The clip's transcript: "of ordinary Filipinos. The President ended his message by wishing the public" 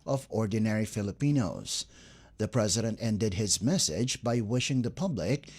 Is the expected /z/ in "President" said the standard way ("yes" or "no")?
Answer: yes